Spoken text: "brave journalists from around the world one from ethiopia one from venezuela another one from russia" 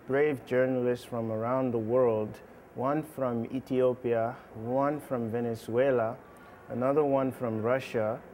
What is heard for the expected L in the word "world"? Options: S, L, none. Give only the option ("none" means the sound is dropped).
L